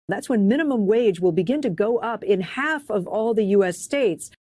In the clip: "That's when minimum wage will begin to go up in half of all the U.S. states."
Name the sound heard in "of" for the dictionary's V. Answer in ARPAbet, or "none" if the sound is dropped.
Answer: V